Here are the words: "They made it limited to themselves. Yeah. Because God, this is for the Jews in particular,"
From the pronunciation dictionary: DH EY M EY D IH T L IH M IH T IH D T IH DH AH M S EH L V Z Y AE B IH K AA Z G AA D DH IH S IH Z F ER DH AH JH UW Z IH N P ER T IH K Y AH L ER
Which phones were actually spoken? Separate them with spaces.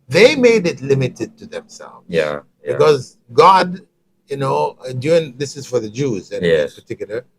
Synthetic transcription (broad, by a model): DH EY M EY D IH T L IH M IH T IH D T IH DH AH M S EH L V Z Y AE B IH K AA Z G AA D DH IH S IH Z F ER DH AH JH UW Z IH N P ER T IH K Y L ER